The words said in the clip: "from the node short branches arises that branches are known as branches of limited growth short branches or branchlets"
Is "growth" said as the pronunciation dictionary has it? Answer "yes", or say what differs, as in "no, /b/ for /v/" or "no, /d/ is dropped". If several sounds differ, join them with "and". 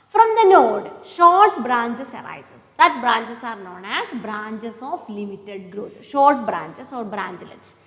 no, /t/ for /θ/